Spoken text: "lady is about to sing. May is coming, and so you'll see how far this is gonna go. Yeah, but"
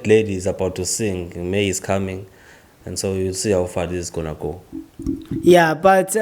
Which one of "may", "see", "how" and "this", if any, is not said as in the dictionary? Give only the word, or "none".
this